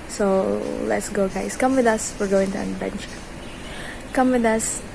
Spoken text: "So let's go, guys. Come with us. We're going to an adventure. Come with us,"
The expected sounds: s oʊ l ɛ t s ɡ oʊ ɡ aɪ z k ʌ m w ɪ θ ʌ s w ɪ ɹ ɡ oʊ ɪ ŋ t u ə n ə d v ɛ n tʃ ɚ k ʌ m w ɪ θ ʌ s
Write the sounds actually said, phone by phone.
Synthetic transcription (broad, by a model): s oʊ l ɛ t s ɡ oʊ ɡ aɪ s k ʌ m w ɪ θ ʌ s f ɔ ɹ ɡ oʊ ɪ ŋ t u ə n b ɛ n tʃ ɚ k ʌ m w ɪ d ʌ s